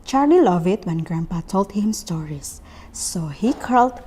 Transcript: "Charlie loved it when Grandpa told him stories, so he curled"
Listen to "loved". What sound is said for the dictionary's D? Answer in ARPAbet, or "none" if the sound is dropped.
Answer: none